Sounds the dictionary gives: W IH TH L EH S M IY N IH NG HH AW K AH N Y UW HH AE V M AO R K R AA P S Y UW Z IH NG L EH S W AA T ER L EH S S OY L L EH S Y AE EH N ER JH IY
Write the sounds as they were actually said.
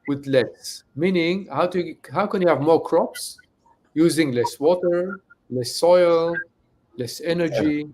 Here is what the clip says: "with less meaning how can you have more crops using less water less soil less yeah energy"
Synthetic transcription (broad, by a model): W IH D L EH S M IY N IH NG HH AW K AH N Y UW HH AE V M AO R K R AA P S Y UW Z IH NG L EH S W AA T ER L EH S S OY L L EH S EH N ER JH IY